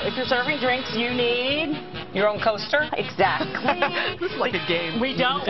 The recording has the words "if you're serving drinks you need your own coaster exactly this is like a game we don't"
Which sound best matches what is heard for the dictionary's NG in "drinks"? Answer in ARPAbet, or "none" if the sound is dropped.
NG